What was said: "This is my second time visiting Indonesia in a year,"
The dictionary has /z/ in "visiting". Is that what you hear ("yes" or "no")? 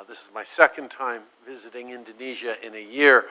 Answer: yes